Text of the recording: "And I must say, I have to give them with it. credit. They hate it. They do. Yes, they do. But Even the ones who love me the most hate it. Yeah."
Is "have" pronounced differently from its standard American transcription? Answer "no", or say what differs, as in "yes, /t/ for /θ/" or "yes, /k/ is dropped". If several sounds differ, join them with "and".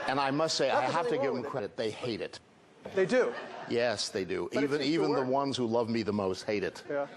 yes, /f/ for /v/